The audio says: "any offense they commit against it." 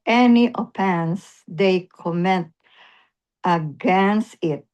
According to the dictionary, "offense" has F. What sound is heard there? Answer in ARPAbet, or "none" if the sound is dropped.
P